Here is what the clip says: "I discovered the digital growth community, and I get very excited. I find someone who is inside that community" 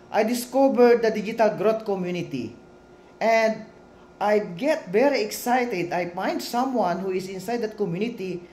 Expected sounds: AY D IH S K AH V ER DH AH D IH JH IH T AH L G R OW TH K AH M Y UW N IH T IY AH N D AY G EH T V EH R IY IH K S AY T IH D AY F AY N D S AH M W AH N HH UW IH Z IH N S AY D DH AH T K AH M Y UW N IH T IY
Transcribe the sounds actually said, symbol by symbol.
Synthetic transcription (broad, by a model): AY D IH S K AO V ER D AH D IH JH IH T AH L G R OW T K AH M Y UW N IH T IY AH N D AY G EH T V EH R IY IH K S AY T IH D AY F AY N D S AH M W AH N HH UW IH S IH N S AY D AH T K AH M Y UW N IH T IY